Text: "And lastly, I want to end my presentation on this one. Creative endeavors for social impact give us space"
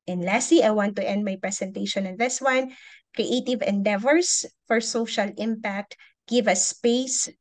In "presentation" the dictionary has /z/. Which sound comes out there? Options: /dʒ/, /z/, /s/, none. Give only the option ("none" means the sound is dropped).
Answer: /s/